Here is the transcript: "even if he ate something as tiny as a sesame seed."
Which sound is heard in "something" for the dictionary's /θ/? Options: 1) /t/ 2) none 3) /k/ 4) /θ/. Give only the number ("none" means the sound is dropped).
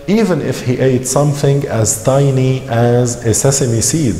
4